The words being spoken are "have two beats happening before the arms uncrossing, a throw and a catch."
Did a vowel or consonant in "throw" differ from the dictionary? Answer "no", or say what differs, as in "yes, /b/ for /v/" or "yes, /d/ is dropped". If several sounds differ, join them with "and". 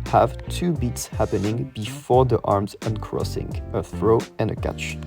no